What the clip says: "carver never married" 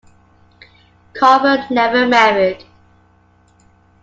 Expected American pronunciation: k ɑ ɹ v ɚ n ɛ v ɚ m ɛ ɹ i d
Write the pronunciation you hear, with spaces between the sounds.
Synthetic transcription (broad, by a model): k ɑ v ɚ n ɛ v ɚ m ɛ ɹ i d